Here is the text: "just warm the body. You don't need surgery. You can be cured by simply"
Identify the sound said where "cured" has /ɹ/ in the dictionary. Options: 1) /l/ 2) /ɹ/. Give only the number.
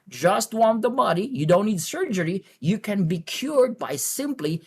2